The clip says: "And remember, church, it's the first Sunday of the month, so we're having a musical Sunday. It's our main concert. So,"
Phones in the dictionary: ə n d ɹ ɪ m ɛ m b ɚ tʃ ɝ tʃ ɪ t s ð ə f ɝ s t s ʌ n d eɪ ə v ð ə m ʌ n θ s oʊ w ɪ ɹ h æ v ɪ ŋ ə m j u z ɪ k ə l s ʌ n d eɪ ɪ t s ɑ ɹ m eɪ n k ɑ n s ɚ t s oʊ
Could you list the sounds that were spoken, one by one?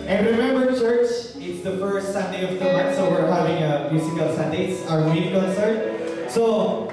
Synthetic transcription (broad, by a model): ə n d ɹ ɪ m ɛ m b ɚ tʃ ɝ tʃ ɪ t s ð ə f ɝ s t s ʌ n d eɪ ə v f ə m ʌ s oʊ w ɪ ɹ h æ v ɪ ŋ ə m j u s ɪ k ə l s ʌ n d eɪ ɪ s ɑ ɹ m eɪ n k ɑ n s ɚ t s oʊ